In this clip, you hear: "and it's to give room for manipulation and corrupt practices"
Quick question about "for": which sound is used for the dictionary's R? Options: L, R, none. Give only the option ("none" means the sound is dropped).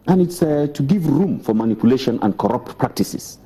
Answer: R